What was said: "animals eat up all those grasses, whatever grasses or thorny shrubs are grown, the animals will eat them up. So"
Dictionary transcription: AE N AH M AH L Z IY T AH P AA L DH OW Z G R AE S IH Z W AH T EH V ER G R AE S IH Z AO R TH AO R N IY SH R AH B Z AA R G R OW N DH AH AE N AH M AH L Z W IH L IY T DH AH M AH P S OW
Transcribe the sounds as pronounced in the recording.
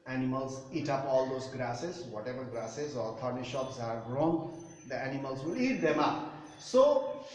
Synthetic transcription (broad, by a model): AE N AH M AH L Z IY T AH P AA L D OW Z G R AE S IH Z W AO T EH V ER G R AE S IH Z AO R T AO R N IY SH AO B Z AA R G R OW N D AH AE N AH M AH L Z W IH L IY T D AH M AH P S OW